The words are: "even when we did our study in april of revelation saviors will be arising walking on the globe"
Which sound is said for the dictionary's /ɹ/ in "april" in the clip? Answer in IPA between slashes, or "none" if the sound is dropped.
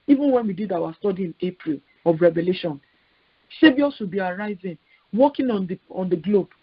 /ɹ/